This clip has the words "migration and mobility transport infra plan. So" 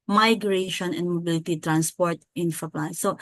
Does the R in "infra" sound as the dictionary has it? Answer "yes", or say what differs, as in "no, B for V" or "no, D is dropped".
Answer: no, R is dropped